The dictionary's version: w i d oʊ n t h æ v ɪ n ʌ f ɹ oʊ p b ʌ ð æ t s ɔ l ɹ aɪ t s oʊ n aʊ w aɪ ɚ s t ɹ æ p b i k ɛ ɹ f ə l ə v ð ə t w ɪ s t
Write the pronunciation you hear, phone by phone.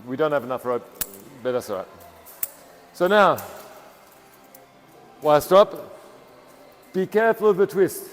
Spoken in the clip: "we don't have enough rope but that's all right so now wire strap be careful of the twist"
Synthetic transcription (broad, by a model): w i d oʊ n t h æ v ɪ n ʌ f ɹ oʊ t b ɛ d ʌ s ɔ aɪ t s oʊ n aʊ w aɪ s t ɔ p b i k ɛ ɹ f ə l ə v ð ə t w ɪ s t